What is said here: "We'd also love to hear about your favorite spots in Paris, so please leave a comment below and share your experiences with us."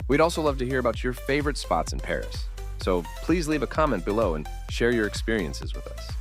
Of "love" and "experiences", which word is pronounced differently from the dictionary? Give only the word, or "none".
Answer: none